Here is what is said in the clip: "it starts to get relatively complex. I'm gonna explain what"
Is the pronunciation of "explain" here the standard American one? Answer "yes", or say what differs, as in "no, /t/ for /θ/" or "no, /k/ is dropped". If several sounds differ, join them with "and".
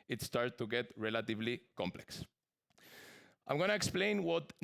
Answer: yes